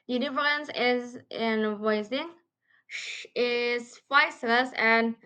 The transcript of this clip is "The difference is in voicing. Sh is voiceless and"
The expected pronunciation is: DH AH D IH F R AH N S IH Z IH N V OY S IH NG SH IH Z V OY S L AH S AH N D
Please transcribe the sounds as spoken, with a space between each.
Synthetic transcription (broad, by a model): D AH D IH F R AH N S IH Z IH N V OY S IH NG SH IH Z F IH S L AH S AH N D